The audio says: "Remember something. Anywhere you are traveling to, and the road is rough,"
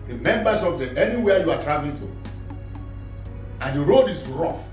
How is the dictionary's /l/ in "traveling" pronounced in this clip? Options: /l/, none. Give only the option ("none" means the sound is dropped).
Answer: none